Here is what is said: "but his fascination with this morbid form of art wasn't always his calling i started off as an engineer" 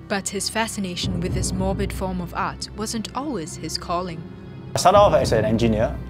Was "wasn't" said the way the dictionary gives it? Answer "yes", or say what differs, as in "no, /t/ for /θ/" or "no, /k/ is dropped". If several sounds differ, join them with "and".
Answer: yes